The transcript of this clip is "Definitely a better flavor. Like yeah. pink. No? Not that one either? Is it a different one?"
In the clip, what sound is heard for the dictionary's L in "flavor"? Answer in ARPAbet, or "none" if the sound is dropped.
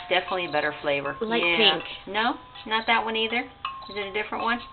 L